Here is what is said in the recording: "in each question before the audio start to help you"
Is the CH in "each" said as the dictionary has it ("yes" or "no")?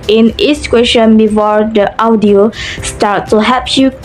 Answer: no